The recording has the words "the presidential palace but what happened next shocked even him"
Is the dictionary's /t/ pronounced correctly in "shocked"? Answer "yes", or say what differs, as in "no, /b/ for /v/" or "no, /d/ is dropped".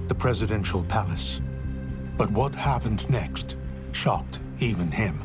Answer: yes